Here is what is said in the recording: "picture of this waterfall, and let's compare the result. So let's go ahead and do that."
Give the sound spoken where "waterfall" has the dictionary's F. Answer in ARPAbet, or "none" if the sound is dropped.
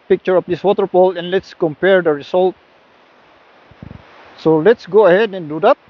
P